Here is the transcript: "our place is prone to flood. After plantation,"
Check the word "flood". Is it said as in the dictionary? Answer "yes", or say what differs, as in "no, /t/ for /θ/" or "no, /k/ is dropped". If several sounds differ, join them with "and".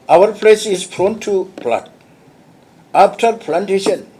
no, /p/ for /f/